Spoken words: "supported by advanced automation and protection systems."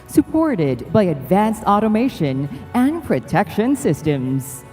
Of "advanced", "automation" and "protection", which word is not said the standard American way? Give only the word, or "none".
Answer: none